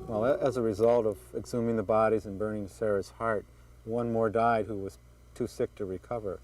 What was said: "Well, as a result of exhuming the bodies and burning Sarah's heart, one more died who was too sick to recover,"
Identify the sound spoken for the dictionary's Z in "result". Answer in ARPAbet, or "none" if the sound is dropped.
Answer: Z